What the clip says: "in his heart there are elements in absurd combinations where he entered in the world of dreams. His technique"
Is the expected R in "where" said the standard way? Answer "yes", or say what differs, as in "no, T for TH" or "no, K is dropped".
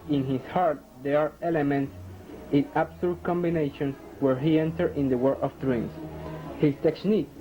yes